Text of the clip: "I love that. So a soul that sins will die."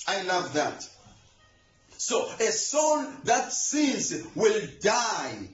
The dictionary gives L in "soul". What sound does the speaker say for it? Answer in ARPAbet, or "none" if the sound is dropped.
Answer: N